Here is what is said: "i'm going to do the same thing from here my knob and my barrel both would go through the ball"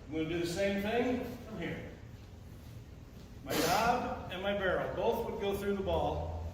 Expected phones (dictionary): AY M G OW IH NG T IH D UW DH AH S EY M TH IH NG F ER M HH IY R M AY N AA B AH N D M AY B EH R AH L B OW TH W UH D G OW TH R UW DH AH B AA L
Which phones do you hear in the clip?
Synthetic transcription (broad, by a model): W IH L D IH DH AH S EY M TH IH NG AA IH M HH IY R M AY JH AA B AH N M AY B EH R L B OW TH W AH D G OW TH R UW DH AH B AA L